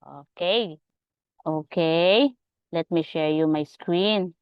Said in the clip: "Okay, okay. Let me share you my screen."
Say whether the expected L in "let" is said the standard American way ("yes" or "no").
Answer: yes